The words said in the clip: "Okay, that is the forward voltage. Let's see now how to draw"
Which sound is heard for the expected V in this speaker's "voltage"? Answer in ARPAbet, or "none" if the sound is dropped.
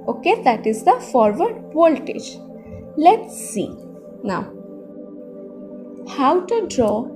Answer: P